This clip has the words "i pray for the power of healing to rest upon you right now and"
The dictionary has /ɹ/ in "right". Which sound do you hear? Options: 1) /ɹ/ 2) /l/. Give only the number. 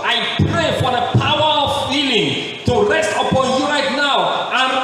1